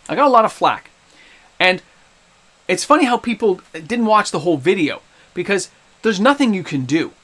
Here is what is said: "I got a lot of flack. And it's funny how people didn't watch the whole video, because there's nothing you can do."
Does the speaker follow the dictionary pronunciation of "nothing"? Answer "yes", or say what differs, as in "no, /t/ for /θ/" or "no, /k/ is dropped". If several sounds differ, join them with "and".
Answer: yes